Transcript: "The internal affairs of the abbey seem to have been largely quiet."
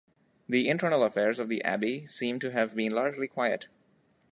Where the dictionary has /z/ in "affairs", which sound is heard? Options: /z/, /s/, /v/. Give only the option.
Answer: /z/